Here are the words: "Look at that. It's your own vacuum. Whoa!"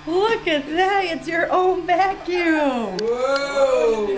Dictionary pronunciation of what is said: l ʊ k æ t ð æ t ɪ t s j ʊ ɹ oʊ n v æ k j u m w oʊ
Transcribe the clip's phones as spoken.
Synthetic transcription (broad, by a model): l ʊ k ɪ t ð æ t ɪ t s j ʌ ɹ oʊ n b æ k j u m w